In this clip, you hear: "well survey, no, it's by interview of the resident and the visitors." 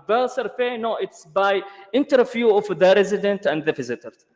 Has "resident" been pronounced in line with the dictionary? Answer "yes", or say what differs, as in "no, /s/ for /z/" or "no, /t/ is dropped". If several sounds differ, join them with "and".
yes